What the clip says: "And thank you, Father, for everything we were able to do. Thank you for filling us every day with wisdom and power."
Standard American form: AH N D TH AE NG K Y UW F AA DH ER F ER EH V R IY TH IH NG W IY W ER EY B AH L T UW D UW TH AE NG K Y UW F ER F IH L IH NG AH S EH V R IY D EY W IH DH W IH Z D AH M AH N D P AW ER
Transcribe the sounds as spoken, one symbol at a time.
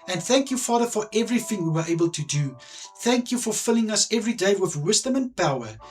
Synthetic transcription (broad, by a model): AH N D TH AE NG K Y UW F AA DH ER F ER EH V R IY TH IH NG W IY W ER EY B AH L T UW D UW TH AE NG K Y UW F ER F IH L IH NG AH S EH V R IY D EY W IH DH W IH Z D AH M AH N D P AW ER